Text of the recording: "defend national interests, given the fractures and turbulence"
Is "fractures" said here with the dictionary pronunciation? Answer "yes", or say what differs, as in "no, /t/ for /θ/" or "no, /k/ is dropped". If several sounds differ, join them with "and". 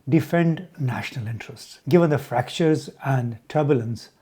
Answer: yes